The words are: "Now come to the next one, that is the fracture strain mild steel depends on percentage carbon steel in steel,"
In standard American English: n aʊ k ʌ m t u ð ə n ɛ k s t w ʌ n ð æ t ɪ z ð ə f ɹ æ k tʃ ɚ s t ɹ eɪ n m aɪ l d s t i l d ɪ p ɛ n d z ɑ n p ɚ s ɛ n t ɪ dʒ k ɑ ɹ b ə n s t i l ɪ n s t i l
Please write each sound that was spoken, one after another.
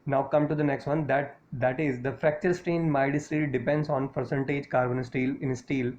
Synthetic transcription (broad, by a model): n aʊ k ʌ m t u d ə n ɛ k s t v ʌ n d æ t ɪ z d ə f ɹ æ k tʃ ɚ s t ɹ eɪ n m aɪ d s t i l d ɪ p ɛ n d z ɑ n p ɚ s ɛ n t ɪ dʒ k ɑ ɹ b ə n s t i l ɪ n s t i l